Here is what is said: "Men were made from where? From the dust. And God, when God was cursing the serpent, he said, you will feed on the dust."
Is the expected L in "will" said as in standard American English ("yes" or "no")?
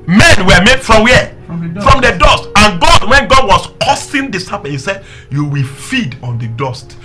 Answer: yes